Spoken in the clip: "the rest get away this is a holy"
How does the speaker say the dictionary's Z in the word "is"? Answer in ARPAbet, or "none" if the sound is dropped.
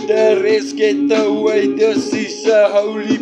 S